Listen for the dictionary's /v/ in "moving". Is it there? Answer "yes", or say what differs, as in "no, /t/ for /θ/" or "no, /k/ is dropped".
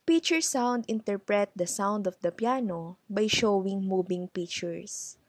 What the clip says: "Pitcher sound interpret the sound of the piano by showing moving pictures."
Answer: no, /b/ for /v/